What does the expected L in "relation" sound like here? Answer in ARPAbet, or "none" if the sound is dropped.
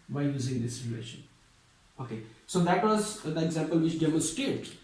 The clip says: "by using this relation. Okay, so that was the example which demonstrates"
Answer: none